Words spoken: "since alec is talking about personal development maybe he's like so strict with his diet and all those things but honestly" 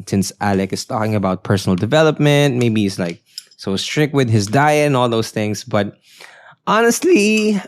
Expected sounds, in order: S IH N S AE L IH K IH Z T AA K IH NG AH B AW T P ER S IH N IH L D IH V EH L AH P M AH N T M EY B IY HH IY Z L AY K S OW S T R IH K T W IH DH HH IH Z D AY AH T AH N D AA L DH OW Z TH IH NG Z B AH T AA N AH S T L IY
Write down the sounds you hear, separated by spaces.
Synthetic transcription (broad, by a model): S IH N S AE L IH K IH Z T AA K IH NG AH B AW T P ER S IH N IH L D IH V EH L AH P M AH N T M EY B IY HH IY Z L AY K S OW S T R IH K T W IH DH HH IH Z D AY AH AH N AA L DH OW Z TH IH NG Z B AH T AA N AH S T L IY